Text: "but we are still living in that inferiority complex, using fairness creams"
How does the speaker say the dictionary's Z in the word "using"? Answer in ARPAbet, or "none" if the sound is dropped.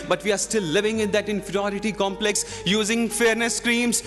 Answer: Z